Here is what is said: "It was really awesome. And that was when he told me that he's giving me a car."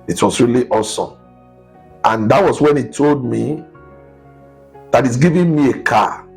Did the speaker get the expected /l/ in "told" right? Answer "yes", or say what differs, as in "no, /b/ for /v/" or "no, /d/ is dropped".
yes